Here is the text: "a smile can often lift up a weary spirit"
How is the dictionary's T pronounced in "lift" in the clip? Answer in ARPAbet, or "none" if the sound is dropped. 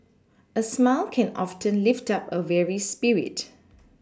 T